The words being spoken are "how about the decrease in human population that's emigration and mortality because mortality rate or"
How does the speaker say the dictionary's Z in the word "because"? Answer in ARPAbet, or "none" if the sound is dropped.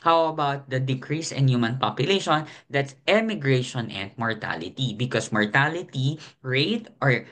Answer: S